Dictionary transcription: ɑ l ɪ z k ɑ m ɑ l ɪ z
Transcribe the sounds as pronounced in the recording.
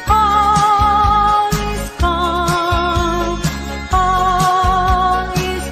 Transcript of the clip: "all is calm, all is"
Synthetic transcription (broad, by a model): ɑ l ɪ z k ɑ ɑ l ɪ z